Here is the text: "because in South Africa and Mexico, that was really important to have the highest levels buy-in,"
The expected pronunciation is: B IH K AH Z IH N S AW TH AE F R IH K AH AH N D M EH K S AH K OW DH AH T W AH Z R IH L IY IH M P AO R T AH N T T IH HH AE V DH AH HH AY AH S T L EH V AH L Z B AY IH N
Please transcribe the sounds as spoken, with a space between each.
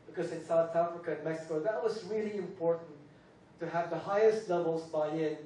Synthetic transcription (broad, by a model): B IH K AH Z IH N S AW TH AE F R IH K AH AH N M EH K S AH K OW DH AH T W AH Z R IH L IY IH M P AO R T N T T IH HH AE V DH AH HH AY AH S T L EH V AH L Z B AY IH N